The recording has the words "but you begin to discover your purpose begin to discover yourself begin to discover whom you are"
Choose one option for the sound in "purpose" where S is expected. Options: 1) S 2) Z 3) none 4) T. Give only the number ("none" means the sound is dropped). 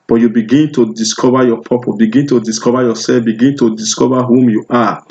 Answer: 3